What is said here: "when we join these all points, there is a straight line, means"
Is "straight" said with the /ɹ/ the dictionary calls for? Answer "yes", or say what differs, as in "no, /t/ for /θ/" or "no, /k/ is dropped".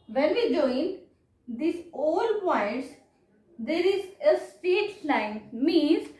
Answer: no, /ɹ/ is dropped